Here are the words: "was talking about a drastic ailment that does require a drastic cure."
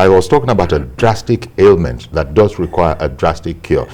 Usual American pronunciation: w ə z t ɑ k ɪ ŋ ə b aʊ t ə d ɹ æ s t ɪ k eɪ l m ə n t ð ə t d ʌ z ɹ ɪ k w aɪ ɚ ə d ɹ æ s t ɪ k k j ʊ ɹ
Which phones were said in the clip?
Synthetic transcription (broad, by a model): w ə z t ɑ k ɪ ŋ ə b aʊ t ə d ɹ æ s t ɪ k eɪ l m ə n t ð ə t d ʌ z ɹ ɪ k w aɪ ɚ ə d ɹ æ s t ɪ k k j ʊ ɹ